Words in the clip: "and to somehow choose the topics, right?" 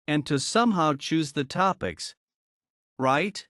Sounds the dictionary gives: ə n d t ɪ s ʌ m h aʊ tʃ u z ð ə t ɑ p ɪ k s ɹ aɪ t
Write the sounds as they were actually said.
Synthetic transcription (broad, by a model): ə n t ɪ s ʌ m h aʊ tʃ u z ð ə t ɑ p ɪ k s ɹ aɪ t